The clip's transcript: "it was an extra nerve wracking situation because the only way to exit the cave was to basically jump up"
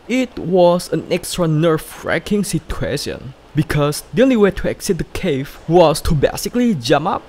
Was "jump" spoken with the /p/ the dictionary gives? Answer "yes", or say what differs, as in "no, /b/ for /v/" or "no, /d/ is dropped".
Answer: no, /p/ is dropped